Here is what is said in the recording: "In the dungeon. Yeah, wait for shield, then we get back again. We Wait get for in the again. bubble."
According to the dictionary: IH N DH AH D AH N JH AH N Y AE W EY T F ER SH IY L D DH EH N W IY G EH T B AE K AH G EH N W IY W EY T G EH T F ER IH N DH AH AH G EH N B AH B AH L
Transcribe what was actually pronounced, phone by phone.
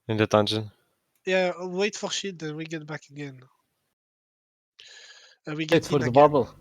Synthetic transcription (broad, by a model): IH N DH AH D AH N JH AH N Y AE W EY T F ER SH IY D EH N W IY G EH T B AE K AH G EH N W IY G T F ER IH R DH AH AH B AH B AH L